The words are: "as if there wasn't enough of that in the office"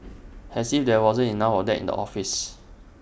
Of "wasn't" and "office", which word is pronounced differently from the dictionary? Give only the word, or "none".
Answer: wasn't